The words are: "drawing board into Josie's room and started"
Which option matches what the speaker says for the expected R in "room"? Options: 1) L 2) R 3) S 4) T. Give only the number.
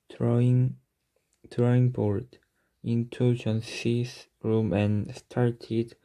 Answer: 2